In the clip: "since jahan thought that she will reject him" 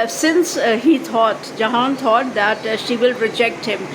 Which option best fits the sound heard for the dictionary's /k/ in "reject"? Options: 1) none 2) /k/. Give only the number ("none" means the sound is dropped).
2